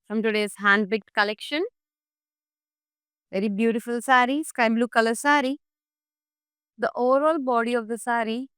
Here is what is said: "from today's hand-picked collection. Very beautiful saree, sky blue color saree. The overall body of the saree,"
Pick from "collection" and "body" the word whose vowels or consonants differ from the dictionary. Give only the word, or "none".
none